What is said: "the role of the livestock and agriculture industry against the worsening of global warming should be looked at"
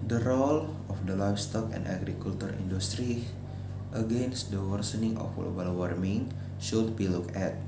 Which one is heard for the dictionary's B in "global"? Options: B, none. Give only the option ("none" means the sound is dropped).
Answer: none